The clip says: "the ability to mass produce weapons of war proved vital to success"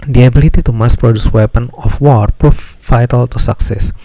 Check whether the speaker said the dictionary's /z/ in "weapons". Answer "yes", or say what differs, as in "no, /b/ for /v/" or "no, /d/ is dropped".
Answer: no, /z/ is dropped